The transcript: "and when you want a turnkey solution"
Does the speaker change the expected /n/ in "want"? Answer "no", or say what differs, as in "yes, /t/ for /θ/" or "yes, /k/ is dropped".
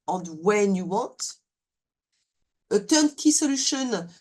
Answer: yes, /n/ is dropped